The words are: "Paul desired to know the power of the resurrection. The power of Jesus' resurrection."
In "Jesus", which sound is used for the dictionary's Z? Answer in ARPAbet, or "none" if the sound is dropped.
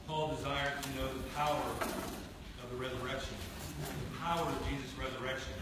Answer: Z